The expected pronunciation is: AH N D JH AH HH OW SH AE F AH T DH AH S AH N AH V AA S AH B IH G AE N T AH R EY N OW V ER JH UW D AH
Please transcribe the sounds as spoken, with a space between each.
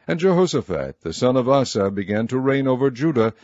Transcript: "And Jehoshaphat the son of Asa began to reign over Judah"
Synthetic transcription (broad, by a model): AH N JH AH HH OW S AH F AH T DH AH S AH N AH V AA S AH B IH G AE N T AH R EY N OW V ER JH UW D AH